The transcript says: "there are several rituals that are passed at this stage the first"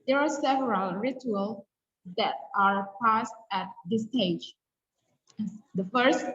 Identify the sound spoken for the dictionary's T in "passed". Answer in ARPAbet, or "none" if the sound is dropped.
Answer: T